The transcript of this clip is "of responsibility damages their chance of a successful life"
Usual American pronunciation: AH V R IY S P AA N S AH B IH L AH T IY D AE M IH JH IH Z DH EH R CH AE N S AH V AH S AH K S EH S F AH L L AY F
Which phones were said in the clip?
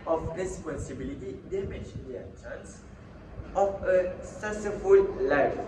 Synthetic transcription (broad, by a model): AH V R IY S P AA N S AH B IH L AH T IY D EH M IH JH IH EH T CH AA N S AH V AH S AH S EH F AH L L AY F